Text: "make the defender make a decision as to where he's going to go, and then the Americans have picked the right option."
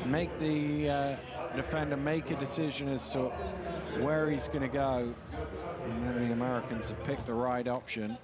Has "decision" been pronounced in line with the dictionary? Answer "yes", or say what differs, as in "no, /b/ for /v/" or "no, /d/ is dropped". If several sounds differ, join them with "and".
yes